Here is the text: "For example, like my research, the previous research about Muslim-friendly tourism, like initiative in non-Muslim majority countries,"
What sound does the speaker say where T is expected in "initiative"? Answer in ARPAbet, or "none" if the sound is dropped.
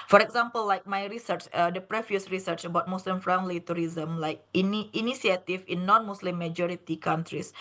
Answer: S